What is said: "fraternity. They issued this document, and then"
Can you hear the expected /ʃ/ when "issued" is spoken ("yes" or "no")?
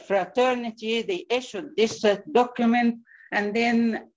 yes